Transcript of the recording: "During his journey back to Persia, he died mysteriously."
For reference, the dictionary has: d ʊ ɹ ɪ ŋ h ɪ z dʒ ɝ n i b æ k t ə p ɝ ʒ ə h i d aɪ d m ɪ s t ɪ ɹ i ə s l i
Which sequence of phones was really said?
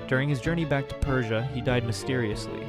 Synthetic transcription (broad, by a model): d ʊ ɹ ɪ ŋ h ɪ z dʒ ɝ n i b æ k t ə p ɝ ʒ ə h i d aɪ d m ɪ s t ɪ ɹ i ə s l i